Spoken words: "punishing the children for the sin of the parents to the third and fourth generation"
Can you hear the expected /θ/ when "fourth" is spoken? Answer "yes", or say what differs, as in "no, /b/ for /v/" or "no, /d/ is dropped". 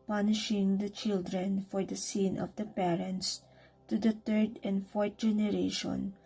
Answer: no, /t/ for /θ/